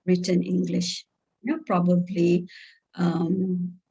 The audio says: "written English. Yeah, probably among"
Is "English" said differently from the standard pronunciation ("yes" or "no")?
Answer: no